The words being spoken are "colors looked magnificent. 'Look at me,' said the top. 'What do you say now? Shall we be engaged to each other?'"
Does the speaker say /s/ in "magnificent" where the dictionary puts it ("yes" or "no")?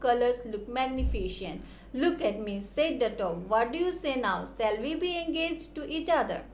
no